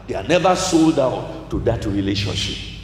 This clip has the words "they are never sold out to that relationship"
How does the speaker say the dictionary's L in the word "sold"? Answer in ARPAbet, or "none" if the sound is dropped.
L